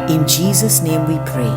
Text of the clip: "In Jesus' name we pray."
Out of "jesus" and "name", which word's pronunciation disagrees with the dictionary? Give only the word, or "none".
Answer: none